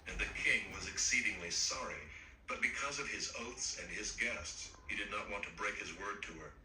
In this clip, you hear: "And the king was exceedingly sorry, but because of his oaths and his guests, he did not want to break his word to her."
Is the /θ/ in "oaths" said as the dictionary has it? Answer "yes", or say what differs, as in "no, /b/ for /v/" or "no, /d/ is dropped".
yes